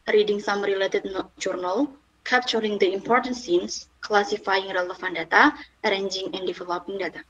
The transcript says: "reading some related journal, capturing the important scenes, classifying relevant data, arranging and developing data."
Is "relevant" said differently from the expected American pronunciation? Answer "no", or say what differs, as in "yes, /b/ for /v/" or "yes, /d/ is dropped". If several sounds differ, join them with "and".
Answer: yes, /f/ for /v/